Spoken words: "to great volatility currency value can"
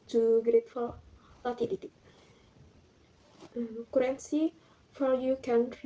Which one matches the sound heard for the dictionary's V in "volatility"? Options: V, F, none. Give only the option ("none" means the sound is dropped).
F